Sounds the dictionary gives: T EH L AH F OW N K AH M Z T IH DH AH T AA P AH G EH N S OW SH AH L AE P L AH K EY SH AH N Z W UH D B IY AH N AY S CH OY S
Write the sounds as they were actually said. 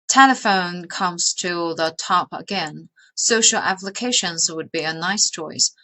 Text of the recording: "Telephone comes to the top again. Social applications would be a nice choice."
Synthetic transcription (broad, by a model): T EH L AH F OW N K AH M Z T IH DH AH T AA P AH G EH N S OW SH L AE P L AH K EY SH AH N Z W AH D B IY AH N AY S CH OY S